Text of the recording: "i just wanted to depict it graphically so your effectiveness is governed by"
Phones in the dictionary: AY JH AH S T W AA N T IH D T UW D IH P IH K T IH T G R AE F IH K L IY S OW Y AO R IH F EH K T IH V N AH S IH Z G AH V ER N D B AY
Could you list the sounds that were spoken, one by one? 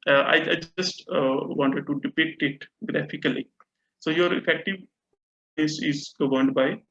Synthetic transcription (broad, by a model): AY JH AH S T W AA N T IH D T UW D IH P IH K T IH T G R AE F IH K L IY S OW Y AO R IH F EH K T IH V AH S IH Z G AH V ER N D B AY